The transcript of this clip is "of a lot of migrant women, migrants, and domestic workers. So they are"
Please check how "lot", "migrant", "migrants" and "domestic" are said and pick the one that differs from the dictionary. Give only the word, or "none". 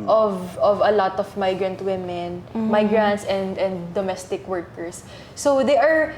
none